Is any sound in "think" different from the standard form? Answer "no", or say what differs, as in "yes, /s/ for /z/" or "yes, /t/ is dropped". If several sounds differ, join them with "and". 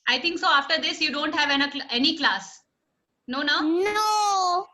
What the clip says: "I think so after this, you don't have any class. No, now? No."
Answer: yes, /t/ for /θ/